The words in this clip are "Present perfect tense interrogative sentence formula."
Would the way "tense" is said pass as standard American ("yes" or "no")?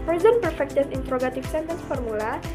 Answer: no